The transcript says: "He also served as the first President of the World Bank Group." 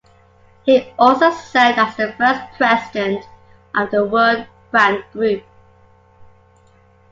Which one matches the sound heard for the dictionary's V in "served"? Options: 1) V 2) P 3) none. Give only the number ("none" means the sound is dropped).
3